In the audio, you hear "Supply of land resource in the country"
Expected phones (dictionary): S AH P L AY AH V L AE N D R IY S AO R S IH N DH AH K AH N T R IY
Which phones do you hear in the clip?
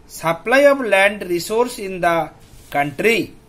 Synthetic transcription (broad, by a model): S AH P L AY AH B L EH N D R IY S AO R S IH N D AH K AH N T R IY